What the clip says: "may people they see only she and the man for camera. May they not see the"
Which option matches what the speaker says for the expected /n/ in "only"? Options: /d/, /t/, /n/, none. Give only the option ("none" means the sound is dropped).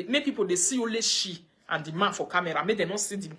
none